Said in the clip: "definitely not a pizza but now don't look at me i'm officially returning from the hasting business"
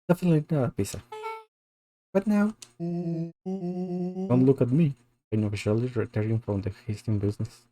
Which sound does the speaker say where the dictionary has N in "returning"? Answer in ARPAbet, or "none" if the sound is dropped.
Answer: none